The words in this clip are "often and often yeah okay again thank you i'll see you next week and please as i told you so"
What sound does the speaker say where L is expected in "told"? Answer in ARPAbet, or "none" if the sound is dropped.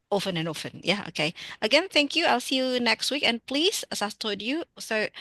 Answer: none